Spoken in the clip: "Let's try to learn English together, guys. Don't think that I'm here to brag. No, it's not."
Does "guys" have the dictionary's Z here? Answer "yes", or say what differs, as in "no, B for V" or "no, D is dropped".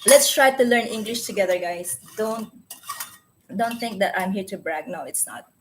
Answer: no, S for Z